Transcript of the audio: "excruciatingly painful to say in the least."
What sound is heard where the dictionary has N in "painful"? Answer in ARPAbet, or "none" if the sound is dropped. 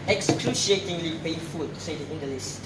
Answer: none